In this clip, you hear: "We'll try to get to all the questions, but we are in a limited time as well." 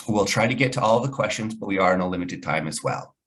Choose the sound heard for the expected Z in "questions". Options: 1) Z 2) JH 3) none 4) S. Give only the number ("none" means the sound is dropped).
1